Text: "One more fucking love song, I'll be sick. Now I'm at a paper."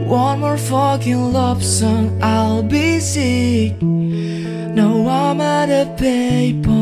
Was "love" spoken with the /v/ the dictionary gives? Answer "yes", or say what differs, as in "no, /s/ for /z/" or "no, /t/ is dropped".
no, /p/ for /v/